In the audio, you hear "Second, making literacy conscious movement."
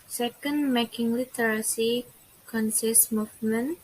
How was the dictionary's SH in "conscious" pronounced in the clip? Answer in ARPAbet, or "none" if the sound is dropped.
S